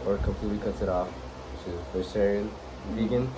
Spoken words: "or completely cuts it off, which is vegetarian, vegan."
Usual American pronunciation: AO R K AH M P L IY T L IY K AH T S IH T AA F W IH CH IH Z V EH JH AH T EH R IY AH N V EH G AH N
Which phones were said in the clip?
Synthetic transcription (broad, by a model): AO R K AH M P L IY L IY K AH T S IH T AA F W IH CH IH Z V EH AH S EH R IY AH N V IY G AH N